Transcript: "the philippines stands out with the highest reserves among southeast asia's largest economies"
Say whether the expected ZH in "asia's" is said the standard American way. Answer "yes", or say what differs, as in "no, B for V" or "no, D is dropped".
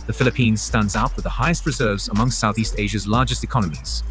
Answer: yes